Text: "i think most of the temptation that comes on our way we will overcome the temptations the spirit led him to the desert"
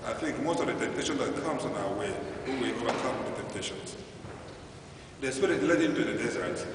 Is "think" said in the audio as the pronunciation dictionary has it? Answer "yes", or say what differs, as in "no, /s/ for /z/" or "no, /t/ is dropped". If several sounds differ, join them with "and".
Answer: yes